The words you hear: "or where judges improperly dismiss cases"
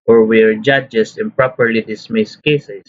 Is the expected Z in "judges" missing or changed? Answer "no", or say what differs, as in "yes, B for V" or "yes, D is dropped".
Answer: yes, S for Z